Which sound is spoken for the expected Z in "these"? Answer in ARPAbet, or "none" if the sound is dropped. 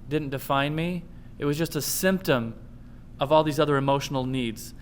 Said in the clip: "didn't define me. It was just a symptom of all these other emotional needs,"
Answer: Z